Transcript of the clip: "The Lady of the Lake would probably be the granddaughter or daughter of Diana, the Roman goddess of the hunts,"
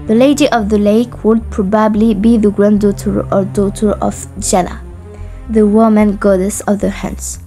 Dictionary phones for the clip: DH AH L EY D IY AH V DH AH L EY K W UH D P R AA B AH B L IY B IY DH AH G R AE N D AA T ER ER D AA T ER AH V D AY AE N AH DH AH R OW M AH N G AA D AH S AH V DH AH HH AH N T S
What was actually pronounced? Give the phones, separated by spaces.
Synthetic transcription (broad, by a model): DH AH L EY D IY AH V DH AH L EY K W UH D P R AA B AH B L IY B IY DH AH G R AE N D AA T ER ER D AA T ER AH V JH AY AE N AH DH AH W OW M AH N G AA D AH S AH V DH AH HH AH N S